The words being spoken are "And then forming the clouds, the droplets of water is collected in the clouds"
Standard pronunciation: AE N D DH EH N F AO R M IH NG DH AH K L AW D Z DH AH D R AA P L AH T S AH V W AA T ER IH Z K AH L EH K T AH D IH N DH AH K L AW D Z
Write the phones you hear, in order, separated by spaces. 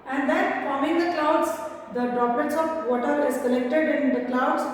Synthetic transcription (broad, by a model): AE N D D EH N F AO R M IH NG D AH K L AW D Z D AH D R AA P AH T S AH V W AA T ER IH Z K AH L EH K T AH D IH N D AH K L AW D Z